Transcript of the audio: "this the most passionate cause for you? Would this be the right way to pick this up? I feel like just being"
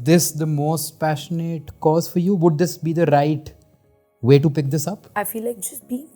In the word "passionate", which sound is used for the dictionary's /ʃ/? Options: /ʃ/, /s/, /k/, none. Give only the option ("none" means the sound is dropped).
/ʃ/